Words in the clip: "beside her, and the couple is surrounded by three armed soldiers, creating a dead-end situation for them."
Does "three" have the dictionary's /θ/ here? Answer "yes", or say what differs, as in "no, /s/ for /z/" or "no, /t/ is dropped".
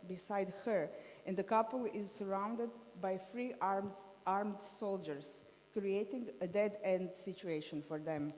no, /f/ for /θ/